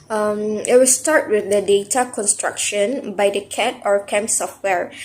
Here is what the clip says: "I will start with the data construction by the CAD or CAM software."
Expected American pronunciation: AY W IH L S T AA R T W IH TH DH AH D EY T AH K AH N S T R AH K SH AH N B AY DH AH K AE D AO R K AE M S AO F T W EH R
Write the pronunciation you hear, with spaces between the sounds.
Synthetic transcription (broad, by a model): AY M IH W S T AA R T W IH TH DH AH D EY T AH K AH N S T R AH K SH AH N B AY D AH K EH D AO R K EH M S AO F T W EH R